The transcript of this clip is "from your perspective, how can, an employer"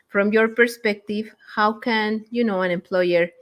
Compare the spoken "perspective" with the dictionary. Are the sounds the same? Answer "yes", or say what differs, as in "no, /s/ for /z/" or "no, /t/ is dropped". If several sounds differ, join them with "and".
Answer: yes